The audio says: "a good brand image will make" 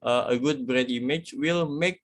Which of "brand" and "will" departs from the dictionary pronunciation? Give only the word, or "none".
brand